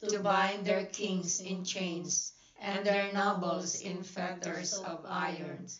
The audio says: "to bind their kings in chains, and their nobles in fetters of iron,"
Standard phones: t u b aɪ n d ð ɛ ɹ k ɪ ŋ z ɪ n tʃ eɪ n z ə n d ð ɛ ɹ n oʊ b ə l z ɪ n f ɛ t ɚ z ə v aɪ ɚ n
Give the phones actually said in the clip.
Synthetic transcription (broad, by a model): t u b aɪ n d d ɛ ɹ k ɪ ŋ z ɪ n tʃ eɪ n s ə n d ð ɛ ɹ n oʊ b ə l s ɪ n f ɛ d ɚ s ə v aɪ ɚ n